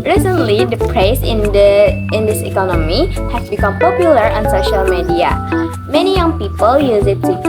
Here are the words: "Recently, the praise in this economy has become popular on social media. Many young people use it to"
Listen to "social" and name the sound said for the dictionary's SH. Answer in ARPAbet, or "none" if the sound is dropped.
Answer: SH